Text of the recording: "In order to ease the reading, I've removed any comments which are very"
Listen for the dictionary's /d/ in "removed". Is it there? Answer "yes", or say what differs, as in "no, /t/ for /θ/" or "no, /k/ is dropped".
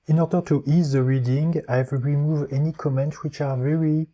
no, /d/ is dropped